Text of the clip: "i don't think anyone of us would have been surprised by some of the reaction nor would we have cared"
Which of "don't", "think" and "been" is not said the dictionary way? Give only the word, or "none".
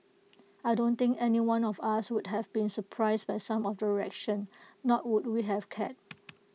think